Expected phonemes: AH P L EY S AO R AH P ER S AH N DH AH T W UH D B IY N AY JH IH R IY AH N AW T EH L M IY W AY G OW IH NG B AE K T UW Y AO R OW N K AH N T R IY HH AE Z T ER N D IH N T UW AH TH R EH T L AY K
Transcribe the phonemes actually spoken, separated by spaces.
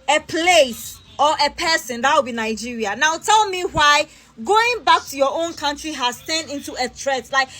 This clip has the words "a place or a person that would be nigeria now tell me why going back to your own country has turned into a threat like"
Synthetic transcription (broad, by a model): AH P L EY S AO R AH P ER S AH N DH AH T W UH B IY N AY JH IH R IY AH N AW T EH L M IY W AY G OW IH NG B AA K T UW Y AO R OW N K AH N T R IY HH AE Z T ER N IH N T UW AH T R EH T L AY K